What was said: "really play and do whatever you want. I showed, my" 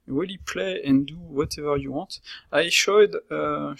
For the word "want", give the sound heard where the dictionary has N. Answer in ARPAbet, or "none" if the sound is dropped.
none